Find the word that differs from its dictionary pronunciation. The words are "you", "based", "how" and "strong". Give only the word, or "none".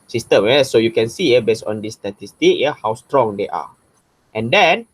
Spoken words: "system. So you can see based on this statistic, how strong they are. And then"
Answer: based